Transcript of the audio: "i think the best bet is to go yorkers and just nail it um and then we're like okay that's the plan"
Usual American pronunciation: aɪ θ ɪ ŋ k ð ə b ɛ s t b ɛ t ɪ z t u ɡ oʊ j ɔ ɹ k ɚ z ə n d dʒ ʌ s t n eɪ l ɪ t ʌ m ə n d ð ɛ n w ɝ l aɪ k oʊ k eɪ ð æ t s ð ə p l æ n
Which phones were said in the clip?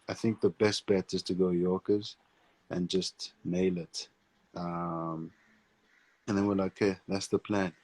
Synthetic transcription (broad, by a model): aɪ θ ɪ ŋ k ð ə b ɛ s t b ɛ t ɪ z t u ɡ oʊ j ɔ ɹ k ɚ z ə n dʒ ʌ s t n eɪ l ɪ t ʌ m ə n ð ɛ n w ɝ l aɪ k k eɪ ð æ t s ð ə p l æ n